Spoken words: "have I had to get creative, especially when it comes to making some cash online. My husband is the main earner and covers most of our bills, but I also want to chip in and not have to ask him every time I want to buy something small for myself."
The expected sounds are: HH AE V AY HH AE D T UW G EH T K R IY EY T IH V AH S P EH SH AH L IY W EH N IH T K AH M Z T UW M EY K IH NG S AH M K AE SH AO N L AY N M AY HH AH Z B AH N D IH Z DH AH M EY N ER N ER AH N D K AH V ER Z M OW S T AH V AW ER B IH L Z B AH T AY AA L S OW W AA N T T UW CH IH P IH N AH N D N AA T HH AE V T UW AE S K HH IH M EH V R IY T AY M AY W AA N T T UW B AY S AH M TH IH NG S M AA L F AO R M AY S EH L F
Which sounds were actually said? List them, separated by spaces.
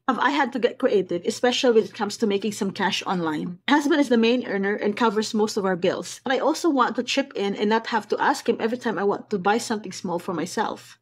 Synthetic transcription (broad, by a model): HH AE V AY HH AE D T UW G EH T K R IY EY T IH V AH S P EH SH AH L IY W EH N IH T K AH M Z T UW M EY K IH NG S AH M K AE SH AO N L AY N HH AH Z B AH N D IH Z DH AH M EY N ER N ER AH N K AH V ER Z M OW S T AH V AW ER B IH L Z B AH T AY AA L S OW W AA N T T UW CH IH P IH N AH N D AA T HH AE V T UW AE S K HH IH M EH V R IY T AY M AY W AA N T T UW B AY S AH M TH IH NG S M AA L F AO R M AY S EH L F